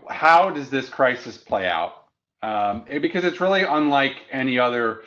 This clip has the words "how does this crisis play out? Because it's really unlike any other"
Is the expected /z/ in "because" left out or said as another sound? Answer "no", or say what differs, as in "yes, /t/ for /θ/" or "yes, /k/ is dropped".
no